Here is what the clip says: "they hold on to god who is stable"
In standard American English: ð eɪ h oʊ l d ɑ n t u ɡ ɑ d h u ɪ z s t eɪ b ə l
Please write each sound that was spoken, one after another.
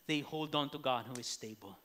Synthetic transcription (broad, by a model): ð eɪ h oʊ l d ɑ n t u ɡ ɑ d h u ɪ z s t eɪ b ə l